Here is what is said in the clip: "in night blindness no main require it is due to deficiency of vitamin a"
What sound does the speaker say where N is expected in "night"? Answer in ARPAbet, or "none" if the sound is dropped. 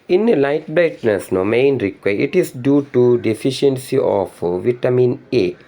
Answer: L